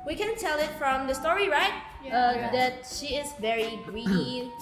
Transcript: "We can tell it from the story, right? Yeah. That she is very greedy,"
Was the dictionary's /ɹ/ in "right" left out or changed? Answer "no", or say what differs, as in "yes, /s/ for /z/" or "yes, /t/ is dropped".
no